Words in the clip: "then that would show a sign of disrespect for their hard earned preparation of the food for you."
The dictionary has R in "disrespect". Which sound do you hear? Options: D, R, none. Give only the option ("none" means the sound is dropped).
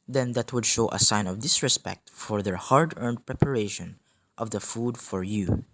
R